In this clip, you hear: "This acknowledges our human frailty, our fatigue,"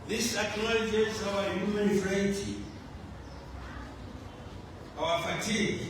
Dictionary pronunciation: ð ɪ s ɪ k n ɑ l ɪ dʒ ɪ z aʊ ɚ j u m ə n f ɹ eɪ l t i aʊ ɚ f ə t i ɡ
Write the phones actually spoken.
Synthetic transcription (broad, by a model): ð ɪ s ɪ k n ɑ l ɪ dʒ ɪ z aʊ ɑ j u m ə n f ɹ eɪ t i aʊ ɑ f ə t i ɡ